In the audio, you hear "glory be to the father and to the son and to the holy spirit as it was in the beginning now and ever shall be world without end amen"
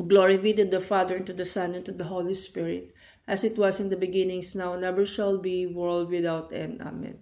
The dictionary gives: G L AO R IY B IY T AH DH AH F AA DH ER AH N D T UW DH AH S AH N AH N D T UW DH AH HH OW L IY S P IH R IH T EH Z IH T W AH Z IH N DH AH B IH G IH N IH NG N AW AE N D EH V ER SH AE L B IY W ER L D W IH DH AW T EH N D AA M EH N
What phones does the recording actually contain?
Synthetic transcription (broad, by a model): G L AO R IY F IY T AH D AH F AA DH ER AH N T UW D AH S AH N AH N T UW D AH HH OW L IY S P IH R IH T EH S IH T W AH S IH N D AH B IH G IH N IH NG N AW N EH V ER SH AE L B IY W ER L D W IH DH AW T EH N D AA M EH N